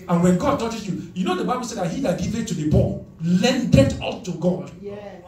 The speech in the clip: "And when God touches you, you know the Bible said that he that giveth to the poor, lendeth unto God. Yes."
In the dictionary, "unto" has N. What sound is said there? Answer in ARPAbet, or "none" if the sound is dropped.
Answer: none